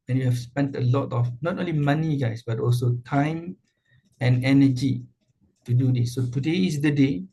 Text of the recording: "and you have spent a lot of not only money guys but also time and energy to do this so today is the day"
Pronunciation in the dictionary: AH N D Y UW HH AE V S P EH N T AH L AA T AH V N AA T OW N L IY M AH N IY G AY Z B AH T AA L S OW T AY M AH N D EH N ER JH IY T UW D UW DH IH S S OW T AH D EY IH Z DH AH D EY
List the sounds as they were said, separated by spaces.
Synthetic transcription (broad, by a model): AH N Y UW HH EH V S P EH N T AH L AA T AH F N AA T OW N L IY M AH N IY G AY S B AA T AA L S OW T AY M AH N EH N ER JH IY T UW D UW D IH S S OW T AH D EY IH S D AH D EY